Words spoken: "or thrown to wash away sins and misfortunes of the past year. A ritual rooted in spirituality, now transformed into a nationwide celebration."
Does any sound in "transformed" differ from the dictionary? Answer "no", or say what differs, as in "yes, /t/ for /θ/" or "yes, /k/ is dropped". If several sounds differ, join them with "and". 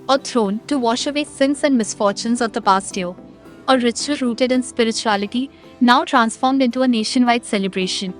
no